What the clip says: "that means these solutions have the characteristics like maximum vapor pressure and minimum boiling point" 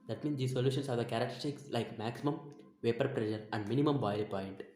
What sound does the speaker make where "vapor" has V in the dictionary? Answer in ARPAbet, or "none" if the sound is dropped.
V